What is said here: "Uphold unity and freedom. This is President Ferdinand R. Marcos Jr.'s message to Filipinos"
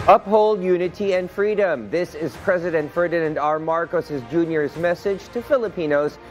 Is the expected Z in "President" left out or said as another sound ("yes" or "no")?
no